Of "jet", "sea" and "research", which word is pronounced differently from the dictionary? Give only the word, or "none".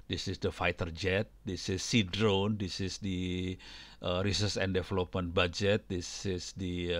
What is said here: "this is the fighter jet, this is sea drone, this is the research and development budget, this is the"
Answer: research